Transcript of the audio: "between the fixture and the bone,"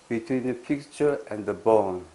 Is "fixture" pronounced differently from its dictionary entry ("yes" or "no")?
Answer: yes